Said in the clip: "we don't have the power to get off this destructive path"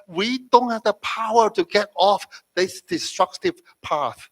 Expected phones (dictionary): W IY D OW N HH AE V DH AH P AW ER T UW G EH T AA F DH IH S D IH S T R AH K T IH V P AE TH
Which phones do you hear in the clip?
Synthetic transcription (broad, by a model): W IY D OW N HH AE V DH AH P AW ER T UW G EH T AA F DH IH S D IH S T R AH K T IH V P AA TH